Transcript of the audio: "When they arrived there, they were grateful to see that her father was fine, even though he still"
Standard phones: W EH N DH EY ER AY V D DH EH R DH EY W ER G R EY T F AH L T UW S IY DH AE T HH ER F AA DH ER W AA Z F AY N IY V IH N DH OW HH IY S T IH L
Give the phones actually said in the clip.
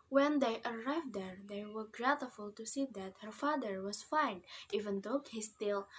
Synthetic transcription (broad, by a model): W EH N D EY ER AY V D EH R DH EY W ER G R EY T F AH L T UW S IY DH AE T HH ER F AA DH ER W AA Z F AY N IY V IH N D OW HH IY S T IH L